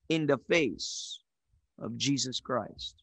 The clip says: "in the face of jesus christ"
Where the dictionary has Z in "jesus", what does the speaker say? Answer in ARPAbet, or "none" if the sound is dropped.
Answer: Z